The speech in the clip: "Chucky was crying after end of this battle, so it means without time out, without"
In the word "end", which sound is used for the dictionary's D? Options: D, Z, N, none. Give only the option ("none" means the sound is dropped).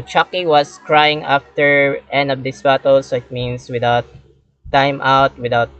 none